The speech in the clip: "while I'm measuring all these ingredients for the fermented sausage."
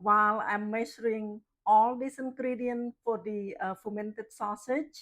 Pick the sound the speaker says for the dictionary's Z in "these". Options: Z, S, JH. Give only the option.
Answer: S